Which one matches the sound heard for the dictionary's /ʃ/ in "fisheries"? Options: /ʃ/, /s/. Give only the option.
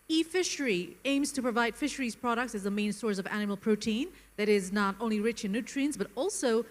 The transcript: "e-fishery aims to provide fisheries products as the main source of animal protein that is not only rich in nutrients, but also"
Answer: /ʃ/